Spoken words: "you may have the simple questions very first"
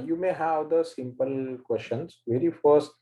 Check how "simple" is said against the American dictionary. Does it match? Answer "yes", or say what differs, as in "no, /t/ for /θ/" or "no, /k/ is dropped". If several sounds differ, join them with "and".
yes